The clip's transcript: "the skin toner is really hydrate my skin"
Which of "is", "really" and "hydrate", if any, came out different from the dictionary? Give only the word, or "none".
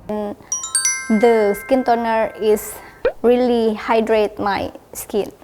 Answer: is